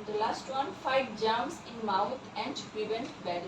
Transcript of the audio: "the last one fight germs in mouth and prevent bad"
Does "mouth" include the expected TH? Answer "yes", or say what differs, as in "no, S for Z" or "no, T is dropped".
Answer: no, T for TH